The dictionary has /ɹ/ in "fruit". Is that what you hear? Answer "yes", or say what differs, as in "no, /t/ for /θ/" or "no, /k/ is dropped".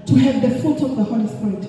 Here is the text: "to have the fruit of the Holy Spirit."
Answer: no, /ɹ/ is dropped